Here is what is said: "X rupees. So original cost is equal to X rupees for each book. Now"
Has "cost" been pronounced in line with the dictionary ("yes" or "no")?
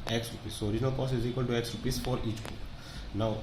no